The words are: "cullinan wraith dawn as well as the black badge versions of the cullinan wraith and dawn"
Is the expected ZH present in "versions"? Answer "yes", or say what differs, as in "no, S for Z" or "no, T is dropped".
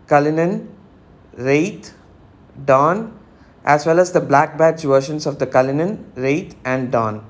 no, SH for ZH